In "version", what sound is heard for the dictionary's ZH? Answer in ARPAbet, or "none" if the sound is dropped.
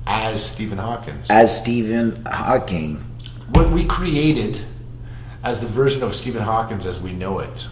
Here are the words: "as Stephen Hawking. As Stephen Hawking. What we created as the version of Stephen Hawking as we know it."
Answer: ZH